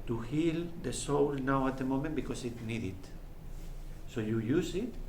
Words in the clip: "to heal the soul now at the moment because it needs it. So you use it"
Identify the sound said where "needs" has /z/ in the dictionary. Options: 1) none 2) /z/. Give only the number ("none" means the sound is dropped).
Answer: 1